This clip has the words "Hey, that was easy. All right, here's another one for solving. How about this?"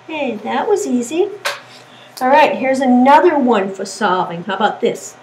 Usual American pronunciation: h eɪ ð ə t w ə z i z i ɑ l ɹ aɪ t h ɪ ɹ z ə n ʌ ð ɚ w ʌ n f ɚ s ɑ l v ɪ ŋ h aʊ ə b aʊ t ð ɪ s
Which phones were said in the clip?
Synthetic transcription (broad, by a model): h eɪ ð ə t w ə z i z i ɑ l ɹ aɪ t h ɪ ɹ z ə n ʌ ð ɚ w ʌ n f ɚ s ɑ v ɪ ŋ h aʊ ə b aʊ t ð ɪ s